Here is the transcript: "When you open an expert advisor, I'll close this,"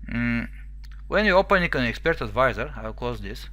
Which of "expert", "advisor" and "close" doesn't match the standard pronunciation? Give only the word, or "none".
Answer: close